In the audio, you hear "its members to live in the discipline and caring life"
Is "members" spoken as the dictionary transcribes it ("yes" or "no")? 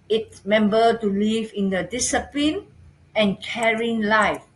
no